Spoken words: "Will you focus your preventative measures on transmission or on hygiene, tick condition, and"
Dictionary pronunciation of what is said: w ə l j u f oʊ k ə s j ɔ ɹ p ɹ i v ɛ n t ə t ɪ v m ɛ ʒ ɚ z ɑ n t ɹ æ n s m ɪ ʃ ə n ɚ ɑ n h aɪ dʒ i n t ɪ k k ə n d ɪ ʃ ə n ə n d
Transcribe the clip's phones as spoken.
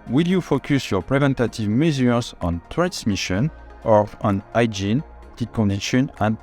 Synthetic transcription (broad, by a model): w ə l j u f oʊ k ə s j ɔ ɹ p ɹ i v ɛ n t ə t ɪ v m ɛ z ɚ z ɑ n t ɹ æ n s m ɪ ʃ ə n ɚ ɑ n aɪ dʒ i n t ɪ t k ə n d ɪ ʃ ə n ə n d